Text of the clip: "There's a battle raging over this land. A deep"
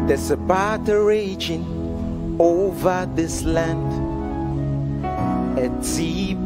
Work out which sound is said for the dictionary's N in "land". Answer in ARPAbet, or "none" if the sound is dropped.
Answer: N